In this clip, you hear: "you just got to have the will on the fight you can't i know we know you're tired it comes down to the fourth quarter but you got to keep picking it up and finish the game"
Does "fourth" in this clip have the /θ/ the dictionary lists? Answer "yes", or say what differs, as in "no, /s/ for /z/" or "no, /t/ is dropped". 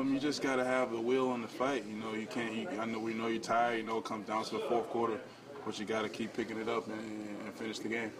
yes